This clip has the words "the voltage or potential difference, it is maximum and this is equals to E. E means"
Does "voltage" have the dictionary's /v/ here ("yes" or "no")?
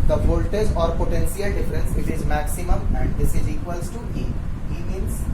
no